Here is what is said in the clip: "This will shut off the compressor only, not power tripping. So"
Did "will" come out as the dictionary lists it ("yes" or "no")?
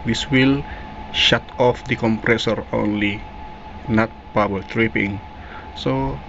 yes